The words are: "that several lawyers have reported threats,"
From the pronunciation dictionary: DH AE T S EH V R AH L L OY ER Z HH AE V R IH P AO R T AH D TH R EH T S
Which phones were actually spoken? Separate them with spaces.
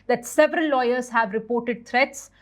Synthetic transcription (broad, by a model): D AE T S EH V R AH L L OY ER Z HH AE V R IH P AO R T AH D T R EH T S